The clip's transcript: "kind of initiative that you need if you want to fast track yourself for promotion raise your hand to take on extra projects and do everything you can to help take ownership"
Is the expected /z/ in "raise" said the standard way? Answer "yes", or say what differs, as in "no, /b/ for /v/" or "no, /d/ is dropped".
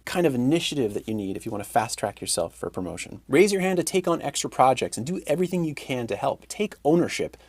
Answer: yes